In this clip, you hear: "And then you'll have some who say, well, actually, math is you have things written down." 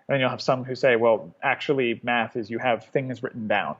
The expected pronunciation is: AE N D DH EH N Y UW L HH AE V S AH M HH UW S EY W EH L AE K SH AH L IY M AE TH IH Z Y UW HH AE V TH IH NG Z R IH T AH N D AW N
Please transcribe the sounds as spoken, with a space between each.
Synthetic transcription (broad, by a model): N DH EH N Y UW L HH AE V S AH M HH UW S EY W EH L AE K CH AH L IY M AE TH IH Z Y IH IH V TH IH NG Z R IH T N D AW N